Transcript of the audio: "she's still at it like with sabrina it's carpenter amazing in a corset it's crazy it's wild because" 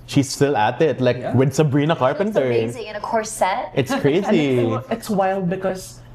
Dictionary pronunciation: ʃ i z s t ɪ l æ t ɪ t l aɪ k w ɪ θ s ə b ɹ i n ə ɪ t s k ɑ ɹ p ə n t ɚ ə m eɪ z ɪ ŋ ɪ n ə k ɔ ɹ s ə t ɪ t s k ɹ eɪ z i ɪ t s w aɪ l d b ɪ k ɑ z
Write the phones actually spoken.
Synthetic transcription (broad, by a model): ʃ i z s t ɪ l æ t ɪ t l aɪ k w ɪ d s ə b ɹ i n ə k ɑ ɹ p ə n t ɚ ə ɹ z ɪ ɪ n ə k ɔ ɹ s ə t ɪ t s k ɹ eɪ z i ɪ t s w aɪ l d b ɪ k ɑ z